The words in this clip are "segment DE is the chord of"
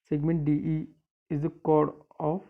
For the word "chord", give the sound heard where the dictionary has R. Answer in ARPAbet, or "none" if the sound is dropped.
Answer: R